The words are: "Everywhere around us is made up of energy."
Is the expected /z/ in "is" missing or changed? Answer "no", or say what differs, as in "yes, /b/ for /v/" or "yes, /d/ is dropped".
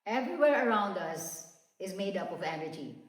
no